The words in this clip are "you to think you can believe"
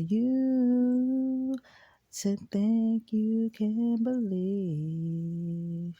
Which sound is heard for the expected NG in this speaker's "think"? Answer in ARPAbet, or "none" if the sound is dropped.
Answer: none